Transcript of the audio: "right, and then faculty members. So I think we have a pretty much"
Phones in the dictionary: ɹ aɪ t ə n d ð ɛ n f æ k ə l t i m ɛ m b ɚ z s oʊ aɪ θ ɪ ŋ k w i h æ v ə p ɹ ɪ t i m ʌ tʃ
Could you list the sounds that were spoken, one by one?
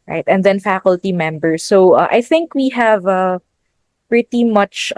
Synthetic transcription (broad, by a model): ɹ aɪ t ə n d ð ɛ n f æ k ə l t i m ɛ m b ɚ s oʊ aɪ θ ɪ ŋ k w i h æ v ə p ɹ ɪ t i m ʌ tʃ